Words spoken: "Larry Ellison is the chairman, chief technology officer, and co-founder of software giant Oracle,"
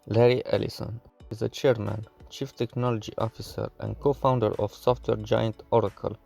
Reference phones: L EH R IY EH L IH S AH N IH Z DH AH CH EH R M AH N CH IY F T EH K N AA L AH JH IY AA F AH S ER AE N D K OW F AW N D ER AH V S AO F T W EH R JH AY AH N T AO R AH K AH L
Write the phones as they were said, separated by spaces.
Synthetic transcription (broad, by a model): L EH R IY EH L IH S AH N IH Z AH CH EH R M AH N CH IY F T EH K N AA L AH JH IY AA F AH S ER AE N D K OW F AW N D ER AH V S AO F T W EH R JH AY AH N T AO R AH K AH L